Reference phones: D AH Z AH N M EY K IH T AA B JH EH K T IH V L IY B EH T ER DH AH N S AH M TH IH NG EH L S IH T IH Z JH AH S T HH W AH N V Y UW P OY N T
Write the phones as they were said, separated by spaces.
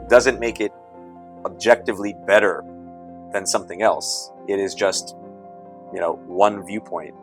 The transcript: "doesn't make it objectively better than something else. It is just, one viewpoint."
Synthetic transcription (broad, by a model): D AH Z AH N M EY K IH T AA B JH EH K T IH V L IY B EH T ER DH AH N S AH M TH IH NG EH L S IH T IH Z JH AH S T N W AH N V Y UW P OY N T